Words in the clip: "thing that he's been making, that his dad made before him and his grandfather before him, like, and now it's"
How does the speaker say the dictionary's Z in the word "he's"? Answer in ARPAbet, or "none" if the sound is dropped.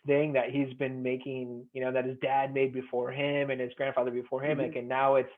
Z